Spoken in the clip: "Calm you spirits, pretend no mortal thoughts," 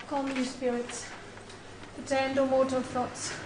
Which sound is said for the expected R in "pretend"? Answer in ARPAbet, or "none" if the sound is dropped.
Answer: none